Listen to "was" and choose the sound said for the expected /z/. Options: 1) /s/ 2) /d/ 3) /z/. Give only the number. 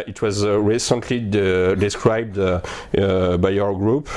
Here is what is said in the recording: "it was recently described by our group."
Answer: 3